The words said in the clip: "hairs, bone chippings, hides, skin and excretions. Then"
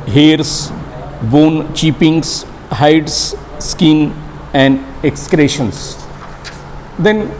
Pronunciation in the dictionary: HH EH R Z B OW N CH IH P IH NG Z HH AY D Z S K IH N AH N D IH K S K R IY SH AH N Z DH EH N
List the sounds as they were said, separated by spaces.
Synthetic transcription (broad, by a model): HH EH R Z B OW N CH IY P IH NG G HH AY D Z S K IH N AH N D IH K S K R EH SH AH N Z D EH N